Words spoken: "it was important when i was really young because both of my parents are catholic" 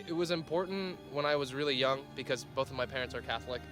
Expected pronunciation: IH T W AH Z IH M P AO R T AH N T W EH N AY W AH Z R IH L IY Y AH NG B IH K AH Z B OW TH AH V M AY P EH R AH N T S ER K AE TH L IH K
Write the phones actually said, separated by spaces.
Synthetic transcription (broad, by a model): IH T W AH Z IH M P AO R T N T W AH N AY W AH Z R IH L IY Y AH NG B IH K AH Z B OW TH AH V M AY P EH R AH N T S ER K AE TH L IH K